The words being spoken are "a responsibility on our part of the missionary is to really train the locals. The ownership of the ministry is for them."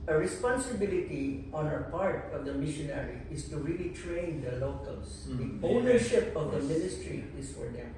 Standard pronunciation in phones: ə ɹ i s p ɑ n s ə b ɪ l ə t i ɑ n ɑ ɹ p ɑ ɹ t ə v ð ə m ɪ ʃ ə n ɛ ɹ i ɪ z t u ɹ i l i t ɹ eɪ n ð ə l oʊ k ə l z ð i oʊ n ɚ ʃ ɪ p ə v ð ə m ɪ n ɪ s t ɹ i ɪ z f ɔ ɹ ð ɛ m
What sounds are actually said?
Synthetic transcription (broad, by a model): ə ɹ i s p ɑ n s ə b ɪ l ə t i ɑ n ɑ p ɑ ɹ t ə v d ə m ɪ ʃ ə n ɛ ɹ i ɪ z t u ɹ i l i t ɹ eɪ n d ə l oʊ k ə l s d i oʊ n ɚ ʃ ɪ p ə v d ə m ɪ n ɪ s t ɹ i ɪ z f ɔ ɹ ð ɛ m